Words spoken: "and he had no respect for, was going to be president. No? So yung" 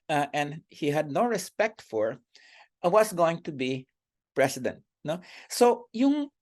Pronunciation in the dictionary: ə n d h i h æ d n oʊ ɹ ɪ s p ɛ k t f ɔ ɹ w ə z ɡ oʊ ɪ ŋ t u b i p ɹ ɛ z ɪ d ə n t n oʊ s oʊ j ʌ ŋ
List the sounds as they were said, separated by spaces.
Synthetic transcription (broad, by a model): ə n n h i h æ d n oʊ ɹ ɪ s p ɛ k t f ɔ ɹ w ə s ɡ oʊ ɪ ŋ t u b i p ɹ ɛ s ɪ d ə n t n oʊ s oʊ j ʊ ŋ